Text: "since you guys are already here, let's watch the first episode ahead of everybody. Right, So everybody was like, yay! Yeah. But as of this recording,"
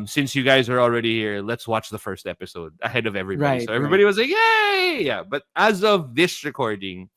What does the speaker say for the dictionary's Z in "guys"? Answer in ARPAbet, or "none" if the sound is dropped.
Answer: Z